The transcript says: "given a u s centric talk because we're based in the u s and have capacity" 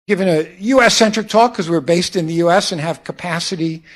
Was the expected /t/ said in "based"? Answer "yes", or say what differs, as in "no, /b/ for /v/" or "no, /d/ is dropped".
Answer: yes